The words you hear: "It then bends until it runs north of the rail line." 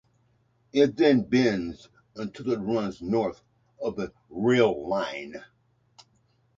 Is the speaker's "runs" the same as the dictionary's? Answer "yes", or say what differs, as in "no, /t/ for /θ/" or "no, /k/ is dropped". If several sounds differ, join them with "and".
yes